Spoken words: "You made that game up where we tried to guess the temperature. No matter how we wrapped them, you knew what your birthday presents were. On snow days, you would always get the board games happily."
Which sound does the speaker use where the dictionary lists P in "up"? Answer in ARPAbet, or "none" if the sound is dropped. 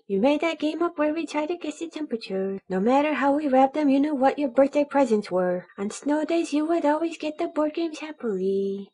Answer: P